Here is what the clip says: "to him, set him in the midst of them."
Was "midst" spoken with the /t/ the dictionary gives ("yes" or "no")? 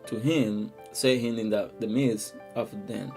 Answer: no